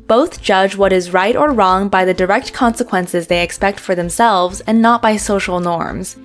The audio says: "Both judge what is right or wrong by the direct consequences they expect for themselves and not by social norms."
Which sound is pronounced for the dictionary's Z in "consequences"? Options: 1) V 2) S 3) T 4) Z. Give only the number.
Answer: 4